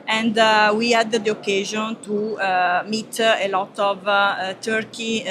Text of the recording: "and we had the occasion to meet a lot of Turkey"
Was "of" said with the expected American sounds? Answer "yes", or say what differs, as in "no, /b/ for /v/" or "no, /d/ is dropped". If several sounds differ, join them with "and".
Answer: yes